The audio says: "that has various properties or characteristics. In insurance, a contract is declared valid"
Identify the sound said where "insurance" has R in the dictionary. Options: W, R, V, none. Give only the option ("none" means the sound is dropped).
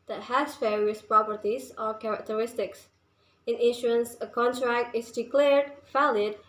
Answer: none